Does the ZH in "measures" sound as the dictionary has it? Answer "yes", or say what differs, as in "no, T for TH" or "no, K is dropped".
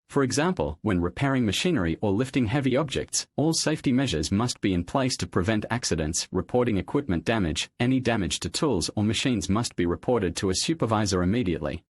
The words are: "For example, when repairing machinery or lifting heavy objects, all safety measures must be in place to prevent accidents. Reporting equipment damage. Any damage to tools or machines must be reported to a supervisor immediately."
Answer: yes